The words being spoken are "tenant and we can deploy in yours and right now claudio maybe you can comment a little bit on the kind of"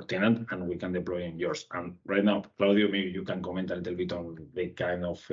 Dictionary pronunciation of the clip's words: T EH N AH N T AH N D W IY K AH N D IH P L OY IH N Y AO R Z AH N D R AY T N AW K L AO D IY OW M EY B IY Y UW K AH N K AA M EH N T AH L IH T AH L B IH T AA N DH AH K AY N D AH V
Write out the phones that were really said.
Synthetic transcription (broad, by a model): T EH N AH N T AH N W IY K AH N D IH P L OY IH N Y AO R S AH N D R AY T N AW K L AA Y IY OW M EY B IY Y UW K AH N K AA M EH N T AH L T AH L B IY T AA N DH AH K AY N D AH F